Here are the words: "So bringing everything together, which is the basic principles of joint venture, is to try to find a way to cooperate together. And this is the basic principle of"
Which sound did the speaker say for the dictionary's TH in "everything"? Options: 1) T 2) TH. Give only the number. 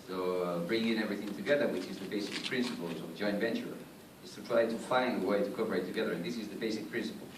2